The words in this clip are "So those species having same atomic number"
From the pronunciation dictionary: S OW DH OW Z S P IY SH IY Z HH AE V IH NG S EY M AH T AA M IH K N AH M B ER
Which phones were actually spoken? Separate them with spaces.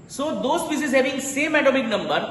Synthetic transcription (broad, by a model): S OW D OW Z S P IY S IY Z HH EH V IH NG S EY M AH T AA M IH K N AH M B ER